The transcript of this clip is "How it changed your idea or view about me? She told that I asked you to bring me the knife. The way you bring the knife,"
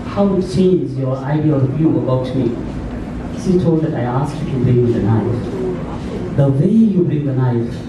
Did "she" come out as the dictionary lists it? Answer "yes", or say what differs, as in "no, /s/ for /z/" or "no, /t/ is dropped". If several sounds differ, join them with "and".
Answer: no, /s/ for /ʃ/